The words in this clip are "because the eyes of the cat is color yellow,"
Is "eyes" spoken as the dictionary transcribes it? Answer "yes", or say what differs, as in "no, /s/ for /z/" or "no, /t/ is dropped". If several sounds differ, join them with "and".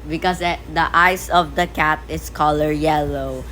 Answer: no, /s/ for /z/